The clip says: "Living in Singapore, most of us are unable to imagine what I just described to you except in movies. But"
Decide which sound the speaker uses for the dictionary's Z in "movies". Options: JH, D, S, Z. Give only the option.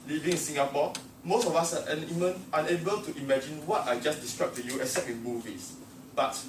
S